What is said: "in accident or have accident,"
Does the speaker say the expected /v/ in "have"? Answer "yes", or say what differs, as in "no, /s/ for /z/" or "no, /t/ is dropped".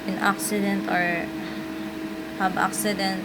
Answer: no, /b/ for /v/